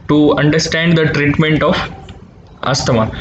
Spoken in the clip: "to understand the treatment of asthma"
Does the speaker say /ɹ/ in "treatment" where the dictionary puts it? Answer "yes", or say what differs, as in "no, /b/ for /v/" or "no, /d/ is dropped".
yes